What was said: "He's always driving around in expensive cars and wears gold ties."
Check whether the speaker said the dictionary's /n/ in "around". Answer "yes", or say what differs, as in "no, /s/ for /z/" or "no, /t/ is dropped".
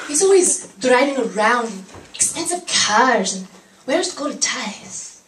yes